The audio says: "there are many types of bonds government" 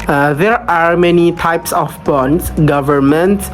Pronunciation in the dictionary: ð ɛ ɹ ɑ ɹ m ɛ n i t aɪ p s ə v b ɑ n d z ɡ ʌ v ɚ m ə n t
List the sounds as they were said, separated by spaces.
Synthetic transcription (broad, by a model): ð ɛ ɹ ɑ ɹ m ɛ n i t aɪ p s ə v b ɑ n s ɡ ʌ v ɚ m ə n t